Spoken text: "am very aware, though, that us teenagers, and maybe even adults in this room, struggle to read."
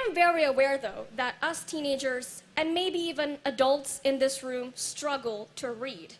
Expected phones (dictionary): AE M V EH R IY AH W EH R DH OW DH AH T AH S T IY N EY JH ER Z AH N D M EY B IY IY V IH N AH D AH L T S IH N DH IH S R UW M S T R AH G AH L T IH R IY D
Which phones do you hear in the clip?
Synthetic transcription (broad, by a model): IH M V EH R IY AH W EH R DH OW DH AH T AH S T IY N EY JH ER Z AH N M EY B IY IY V IH N AH D AH L T S IH N DH IH S R UW M S T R AH G L T IH R IY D